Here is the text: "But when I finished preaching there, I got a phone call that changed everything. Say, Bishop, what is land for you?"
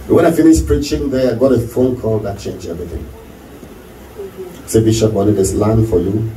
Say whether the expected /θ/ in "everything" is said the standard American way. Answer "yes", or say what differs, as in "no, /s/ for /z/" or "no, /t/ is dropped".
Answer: yes